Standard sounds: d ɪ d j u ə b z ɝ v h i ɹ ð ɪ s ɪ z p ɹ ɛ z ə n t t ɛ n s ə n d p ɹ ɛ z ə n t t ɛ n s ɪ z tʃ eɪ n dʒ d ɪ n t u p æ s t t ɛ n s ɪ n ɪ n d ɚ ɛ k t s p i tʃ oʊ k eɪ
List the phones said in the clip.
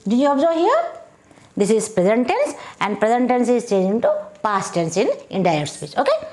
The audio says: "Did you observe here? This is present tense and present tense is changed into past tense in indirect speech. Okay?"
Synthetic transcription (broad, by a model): d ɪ j u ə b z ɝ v h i ɹ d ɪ s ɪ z p ɹ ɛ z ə n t t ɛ n s ə n d p ɹ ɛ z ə n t t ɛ n s ɪ z tʃ eɪ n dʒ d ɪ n t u p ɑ s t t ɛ n s ɪ n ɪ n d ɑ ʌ t s p i tʃ oʊ k eɪ